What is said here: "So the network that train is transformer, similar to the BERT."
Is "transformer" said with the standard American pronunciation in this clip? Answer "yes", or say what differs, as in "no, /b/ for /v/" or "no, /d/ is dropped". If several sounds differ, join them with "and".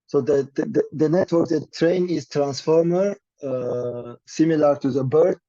yes